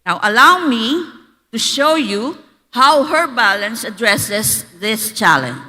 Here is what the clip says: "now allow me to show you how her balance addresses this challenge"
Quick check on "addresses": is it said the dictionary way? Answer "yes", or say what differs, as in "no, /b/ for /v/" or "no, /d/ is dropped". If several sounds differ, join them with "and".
no, /s/ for /z/